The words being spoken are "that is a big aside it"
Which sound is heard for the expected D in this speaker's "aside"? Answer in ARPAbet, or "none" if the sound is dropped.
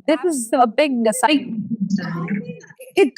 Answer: none